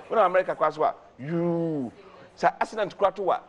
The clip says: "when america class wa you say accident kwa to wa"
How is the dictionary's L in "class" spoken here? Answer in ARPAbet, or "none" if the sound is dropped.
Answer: none